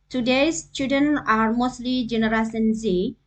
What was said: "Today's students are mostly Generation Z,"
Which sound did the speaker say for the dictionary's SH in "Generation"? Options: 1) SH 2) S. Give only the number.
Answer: 2